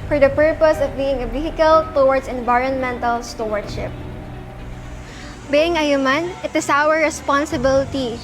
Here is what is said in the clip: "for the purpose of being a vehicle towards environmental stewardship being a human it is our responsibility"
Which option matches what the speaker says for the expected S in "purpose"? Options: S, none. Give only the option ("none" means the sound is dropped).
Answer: S